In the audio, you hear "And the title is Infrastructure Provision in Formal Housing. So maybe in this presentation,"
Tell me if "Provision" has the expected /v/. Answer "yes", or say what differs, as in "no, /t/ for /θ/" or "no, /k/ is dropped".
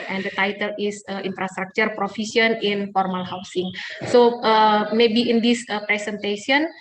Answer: no, /f/ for /v/